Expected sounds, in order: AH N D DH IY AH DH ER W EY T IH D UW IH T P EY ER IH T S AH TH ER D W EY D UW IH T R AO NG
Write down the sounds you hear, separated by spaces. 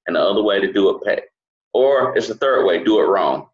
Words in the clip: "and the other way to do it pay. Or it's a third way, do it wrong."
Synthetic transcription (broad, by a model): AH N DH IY AH DH ER W EY T IH D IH IH T P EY ER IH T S AH TH ER D W EY D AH IH T R AO NG